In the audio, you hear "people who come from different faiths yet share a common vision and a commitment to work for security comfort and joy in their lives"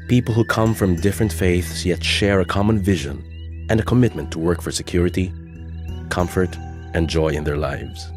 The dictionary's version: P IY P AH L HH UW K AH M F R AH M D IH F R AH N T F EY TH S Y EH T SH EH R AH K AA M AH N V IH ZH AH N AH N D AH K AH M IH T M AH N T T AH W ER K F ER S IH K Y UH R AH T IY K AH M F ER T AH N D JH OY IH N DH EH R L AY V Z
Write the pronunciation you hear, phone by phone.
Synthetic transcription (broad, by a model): P IY P L HH UW K AH M F R AH M D IH F R AH N T F EY TH S Y EH T SH EH R AH K AA M AH N V IH ZH AH N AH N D AH K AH M IH T M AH N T T AH W ER K F ER S IH K Y UH R AH T IY K AH M F ER T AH N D JH OY IH N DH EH R L AY V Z